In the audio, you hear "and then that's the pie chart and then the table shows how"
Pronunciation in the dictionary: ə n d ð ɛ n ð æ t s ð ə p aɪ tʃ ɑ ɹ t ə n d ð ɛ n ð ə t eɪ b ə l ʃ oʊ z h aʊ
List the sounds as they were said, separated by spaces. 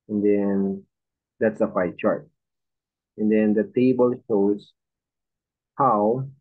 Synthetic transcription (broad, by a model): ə n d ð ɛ n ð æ t s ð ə f aɪ tʃ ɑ ɹ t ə n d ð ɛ n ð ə t eɪ b ə l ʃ oʊ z h aʊ